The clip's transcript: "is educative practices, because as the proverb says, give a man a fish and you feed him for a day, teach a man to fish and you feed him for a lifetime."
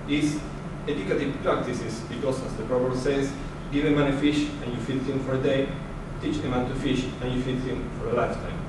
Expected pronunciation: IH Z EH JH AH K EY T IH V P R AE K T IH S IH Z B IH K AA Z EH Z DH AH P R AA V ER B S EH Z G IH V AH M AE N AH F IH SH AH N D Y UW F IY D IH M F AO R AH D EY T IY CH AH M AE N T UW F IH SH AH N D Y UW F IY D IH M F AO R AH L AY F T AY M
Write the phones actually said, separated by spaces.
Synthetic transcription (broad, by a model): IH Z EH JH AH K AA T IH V P R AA K T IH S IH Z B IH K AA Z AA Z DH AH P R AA B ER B S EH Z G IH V AH M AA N AH F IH SH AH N Y UW F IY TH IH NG F AO R AH D EY T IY CH AH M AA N T UW F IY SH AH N Y UW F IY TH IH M F AO R AH L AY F T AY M